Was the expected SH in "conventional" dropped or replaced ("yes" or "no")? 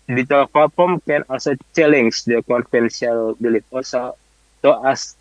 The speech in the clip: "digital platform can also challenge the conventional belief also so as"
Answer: yes